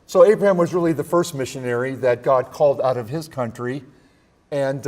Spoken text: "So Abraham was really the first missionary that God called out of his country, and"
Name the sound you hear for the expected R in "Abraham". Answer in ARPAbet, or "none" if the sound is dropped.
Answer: R